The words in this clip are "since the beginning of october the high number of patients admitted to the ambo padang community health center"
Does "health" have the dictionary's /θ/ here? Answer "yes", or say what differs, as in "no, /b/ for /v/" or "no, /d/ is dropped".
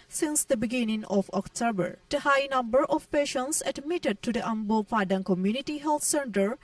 no, /t/ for /θ/